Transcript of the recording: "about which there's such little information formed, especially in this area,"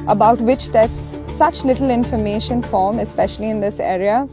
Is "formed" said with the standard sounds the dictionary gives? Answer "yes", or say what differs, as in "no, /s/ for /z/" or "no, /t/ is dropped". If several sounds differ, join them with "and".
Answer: no, /d/ is dropped